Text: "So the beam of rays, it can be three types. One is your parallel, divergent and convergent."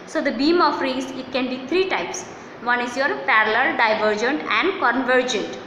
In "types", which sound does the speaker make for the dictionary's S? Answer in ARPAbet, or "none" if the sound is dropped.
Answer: S